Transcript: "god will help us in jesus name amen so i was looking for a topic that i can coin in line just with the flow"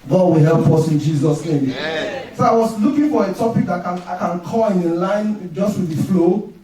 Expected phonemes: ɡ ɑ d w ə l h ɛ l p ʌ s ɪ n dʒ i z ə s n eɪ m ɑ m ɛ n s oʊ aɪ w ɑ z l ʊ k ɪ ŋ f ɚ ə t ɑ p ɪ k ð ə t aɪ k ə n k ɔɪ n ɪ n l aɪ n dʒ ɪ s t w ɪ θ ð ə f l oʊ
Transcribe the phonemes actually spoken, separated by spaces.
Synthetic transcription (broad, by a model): ɡ ɑ d w ə l h ɛ l p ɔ s ɪ n dʒ i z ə s n eɪ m m s oʊ aɪ w ɑ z l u k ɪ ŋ f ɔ ə t ɑ p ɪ k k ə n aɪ k ə n k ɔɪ l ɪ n l aɪ n dʒ ɪ s t w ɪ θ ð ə f l oʊ